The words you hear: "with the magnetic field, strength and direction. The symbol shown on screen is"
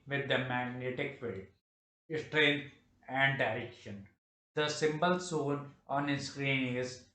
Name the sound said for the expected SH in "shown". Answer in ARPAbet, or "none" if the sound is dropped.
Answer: S